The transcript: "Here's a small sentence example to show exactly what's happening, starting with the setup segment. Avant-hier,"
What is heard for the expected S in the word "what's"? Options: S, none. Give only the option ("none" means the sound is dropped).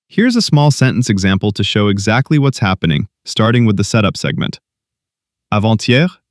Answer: S